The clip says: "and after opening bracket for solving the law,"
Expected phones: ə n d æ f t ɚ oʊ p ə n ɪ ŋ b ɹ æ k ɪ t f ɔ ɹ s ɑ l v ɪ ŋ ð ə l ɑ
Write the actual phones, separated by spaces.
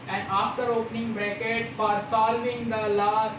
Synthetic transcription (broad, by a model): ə n d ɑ f t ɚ oʊ p ə n ɪ ŋ b ɹ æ k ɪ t f ɔ ɹ s ɑ l v ɪ ŋ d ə l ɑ